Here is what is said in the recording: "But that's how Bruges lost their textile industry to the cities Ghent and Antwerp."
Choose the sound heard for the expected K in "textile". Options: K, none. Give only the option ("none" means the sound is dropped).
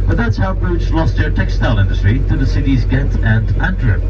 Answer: K